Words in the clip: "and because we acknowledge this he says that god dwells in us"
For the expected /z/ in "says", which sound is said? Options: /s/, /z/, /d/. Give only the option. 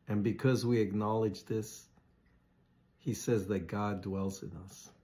/z/